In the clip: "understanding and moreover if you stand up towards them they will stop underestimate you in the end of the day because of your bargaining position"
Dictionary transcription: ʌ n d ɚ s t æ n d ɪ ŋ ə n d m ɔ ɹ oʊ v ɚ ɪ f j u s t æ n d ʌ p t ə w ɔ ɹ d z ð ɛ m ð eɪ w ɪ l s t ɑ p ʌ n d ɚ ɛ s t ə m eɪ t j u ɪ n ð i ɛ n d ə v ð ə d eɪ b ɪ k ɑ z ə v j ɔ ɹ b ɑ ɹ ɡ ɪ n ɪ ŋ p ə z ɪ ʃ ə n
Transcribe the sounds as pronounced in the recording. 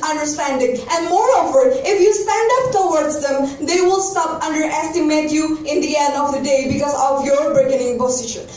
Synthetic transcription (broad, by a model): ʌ n d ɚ s t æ n d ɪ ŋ ə n d m ɔ ɹ oʊ v ɚ ɪ f j u s t æ n d ʌ p t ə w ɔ ɹ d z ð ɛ m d eɪ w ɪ l s t ɑ p ʌ n d ɚ ɛ s t ə m eɪ t j u ɪ n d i ɛ n d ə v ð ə d eɪ b ɪ k ɑ z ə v j ɔ ɹ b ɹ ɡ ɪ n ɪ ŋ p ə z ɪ ʃ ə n